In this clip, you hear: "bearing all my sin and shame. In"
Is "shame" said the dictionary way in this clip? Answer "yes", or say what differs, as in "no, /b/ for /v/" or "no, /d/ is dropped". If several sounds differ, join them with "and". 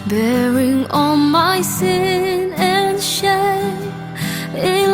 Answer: no, /m/ is dropped